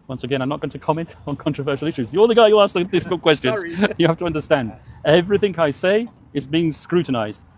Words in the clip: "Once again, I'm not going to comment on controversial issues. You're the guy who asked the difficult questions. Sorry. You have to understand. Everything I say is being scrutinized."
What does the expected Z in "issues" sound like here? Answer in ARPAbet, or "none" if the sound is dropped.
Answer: Z